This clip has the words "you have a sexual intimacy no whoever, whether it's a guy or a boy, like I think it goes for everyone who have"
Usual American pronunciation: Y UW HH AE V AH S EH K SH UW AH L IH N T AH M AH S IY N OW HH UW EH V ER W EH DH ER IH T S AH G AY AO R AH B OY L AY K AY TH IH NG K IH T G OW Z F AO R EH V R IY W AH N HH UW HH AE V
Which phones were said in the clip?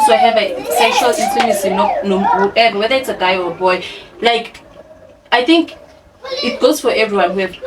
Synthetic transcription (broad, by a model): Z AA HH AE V AH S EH SH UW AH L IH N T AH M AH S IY N OW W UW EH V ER W EH DH ER IH T S AH G AY AO R AH B OY L AY K AY TH IH NG K IH T G OW Z F AO R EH V R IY W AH N HH UW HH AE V